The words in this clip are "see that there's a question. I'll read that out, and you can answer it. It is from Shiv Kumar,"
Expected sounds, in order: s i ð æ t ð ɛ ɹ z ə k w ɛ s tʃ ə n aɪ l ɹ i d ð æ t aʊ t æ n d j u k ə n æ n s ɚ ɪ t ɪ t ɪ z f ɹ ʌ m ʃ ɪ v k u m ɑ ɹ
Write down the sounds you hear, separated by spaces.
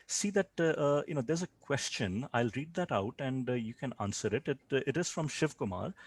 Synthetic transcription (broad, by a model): s i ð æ t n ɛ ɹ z ə k w ɛ s tʃ ə n aɪ l ɹ i d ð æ t aʊ t æ n d j u k ə n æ n s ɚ ɪ t ɪ t ɪ z f ɹ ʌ m ʃ ɪ v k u m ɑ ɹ